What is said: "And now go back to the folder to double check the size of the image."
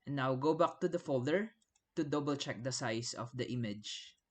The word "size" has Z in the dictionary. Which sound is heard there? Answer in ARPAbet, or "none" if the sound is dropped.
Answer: S